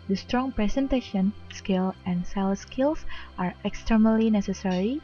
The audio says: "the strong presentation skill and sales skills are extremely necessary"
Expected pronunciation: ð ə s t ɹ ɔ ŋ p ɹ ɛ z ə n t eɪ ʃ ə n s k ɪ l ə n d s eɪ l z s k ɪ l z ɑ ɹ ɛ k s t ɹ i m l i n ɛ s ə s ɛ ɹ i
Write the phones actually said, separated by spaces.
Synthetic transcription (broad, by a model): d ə s t ɹ ɔ ŋ p ɹ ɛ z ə n t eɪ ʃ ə n s k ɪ l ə n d s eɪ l s k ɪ l s ɑ ɹ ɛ k s t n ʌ l i n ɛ s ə s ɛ ɹ i